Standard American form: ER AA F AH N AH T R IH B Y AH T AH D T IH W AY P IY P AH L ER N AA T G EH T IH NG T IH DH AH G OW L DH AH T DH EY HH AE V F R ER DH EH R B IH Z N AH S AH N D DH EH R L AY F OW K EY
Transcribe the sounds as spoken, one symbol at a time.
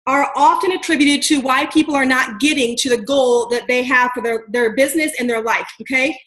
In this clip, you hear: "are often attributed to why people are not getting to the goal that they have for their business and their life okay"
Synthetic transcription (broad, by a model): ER AA F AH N AH T R IH B Y AH T AH D T IH W AY P IY P L ER N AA T G EH T IH NG T IH DH AH G OW L DH AH T DH EY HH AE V F R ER DH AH R B IH Z N AH S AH N DH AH R L AY F OW K EY